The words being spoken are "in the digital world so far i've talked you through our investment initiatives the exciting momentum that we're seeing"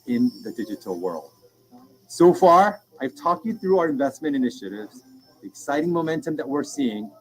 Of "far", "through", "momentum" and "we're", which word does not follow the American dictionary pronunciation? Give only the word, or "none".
none